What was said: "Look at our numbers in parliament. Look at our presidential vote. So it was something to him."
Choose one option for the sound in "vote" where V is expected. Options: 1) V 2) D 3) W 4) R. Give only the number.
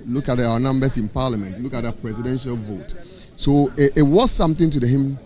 1